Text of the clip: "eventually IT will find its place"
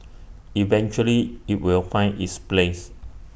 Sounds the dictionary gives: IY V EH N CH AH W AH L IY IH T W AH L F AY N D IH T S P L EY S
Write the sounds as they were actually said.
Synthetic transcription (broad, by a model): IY V EH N CH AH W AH L IY IH T W AH L F AY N IH T S P L EY S